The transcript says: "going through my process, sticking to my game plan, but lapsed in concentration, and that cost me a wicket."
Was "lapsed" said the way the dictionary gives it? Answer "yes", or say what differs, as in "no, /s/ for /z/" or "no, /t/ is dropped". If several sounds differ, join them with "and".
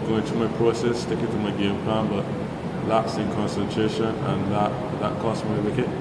no, /t/ is dropped